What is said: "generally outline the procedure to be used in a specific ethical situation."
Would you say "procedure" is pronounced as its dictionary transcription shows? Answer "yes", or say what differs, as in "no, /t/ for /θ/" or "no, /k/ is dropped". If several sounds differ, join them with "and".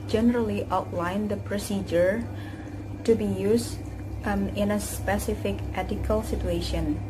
yes